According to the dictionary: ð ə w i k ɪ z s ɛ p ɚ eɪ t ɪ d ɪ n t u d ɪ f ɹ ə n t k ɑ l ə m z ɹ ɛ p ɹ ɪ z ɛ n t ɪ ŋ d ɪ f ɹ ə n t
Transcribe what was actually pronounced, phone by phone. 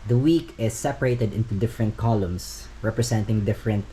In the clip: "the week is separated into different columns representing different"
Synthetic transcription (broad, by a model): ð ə w i k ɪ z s ɛ p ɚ eɪ t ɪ d ɪ n t u d ɪ f ɹ ə n t k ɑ l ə m s ɹ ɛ p ɹ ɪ s ɛ n t ɪ ŋ d ɪ f ɹ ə n t